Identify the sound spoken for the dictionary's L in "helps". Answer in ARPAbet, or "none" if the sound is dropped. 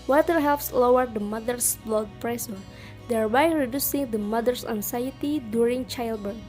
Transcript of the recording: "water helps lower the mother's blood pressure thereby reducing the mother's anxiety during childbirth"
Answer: L